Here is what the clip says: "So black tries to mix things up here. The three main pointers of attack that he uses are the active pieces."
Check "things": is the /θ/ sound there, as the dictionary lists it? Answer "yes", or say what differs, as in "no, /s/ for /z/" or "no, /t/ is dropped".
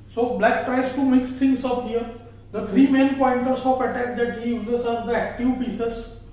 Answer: no, /t/ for /θ/